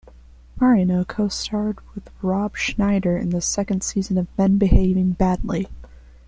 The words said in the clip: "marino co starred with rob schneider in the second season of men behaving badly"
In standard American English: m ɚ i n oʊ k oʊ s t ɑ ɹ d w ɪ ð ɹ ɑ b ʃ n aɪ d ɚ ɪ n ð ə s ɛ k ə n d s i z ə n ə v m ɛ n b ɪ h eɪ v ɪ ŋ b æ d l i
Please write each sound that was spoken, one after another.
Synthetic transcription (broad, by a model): m ɚ i n oʊ k oʊ s t ɑ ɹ d w ɪ ð ɹ ɑ b ʃ n aɪ d ɚ ɪ n ð ə s ɛ k ə n d s i z ə n ə v m ɛ n b ɪ h eɪ v ɪ ŋ b æ d l i